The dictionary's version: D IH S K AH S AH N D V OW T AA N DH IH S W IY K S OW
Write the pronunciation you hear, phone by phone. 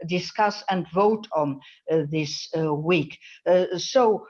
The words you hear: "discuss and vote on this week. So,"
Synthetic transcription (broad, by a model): D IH S K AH S AH N D V OW T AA N DH IH S W IY K S OW